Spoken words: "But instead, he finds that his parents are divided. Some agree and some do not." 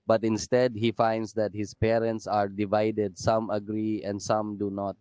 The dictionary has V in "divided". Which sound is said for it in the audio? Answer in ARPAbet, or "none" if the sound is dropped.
V